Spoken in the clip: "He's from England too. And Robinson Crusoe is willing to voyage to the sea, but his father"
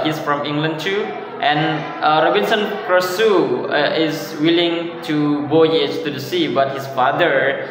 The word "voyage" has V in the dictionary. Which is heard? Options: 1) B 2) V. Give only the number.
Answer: 1